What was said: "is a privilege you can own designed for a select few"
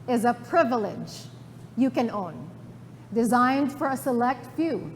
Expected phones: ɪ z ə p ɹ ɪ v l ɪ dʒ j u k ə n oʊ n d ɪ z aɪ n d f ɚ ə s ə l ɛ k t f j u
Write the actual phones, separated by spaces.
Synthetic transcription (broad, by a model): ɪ z ə p ɹ ɪ v l ɪ dʒ j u k ə n oʊ n d ɪ z aɪ n d f ɚ ə s ə l ɛ k t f j u